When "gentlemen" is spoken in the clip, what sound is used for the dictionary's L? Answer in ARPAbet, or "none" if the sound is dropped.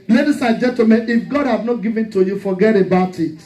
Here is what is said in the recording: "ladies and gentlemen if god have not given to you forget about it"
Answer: none